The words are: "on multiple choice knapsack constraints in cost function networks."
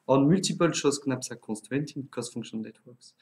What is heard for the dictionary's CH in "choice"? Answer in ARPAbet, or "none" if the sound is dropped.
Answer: SH